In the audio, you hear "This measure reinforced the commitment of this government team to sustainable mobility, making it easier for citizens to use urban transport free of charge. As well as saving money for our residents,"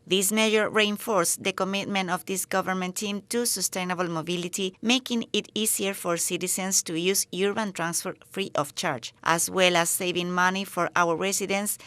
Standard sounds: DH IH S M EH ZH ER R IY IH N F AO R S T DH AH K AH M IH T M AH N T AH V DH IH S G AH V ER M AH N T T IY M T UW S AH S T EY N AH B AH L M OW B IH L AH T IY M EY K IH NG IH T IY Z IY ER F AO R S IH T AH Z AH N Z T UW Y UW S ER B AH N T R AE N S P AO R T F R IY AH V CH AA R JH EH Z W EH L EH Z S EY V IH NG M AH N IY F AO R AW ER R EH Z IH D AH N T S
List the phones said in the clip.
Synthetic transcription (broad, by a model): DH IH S M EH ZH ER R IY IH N F AO R S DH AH K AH M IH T M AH N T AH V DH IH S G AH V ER M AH N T T IY M T UW S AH S T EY N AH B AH L M OW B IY L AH T IY M EY K IH NG IH T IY S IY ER F AO R S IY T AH S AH N S T UW Y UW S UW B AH N T R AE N S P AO R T F R IY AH F CH AA R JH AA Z W EH L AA S EY V IH NG M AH N IY F AO R AW ER R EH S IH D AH N S